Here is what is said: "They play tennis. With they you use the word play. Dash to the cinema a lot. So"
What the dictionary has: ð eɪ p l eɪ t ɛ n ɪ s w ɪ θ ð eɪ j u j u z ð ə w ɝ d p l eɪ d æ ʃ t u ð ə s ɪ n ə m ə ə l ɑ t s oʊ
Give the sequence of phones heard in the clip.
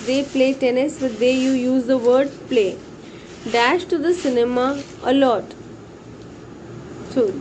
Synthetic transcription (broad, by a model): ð eɪ p l eɪ t ɛ n ɪ s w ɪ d eɪ j u j u z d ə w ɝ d p l eɪ d æ ʃ t u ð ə s ɪ n ə m ə ə l ɑ t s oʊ